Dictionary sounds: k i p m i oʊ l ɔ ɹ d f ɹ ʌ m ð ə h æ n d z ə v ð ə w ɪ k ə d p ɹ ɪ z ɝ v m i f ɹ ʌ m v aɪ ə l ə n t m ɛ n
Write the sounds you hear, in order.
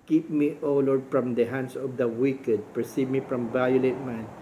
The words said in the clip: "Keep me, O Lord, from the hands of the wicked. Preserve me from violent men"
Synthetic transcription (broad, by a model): k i p m i oʊ l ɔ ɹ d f ɹ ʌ m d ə h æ n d s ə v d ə w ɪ k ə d p ɹ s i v m i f ɹ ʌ m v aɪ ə l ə t m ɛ n